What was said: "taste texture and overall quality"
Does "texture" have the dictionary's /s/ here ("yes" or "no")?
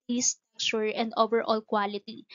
no